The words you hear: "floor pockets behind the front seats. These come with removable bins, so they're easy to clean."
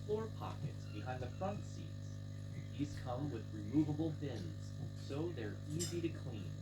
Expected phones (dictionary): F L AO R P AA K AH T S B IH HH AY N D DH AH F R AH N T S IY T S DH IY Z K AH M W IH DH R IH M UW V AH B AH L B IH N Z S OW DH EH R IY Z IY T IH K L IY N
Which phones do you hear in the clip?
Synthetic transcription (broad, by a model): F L AO R P AA K AH T S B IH HH AY N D DH AH F R AH N T S IY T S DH IY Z K AH M W IH DH R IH M UW V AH B L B IH N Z S OW DH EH R IY Z IY T IH K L IY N